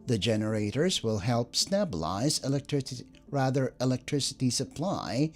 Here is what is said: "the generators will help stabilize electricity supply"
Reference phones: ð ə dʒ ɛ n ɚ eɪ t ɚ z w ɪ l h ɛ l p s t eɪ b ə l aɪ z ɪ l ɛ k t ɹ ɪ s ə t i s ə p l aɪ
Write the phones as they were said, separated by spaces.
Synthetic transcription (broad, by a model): ð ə dʒ ɛ n ɚ eɪ t ɚ z w ɪ l h ɛ l p s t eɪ b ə l aɪ z ɪ l ɛ k t ɹ ɪ s ə t i s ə p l aɪ